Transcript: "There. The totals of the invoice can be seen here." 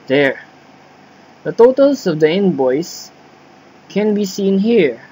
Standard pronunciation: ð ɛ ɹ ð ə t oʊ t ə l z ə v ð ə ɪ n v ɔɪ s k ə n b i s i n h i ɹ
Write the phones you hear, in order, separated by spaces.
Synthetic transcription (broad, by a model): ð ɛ ɹ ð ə t oʊ t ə l s ə v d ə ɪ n b ɔɪ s k ə n b i s i n h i ɹ